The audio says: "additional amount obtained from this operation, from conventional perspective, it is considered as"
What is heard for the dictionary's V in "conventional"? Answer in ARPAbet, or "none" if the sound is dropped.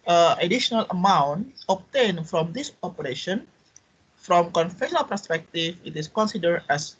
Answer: F